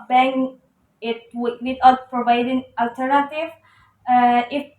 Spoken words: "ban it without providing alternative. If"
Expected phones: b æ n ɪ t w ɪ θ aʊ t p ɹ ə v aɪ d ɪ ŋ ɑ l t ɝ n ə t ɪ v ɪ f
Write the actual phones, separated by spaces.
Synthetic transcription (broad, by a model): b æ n ɪ t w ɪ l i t p ɹ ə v aɪ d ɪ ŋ ɑ l t ɝ n ə t ɪ v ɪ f